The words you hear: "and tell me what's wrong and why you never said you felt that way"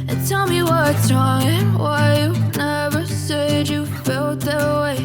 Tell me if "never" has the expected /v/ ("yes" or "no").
yes